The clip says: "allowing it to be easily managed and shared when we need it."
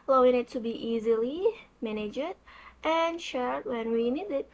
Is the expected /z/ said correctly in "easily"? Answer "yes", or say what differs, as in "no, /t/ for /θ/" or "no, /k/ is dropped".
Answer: yes